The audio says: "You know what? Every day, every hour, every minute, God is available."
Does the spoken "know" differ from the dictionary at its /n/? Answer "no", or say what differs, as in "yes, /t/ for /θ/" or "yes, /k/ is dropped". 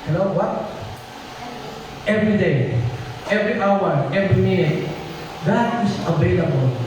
yes, /l/ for /n/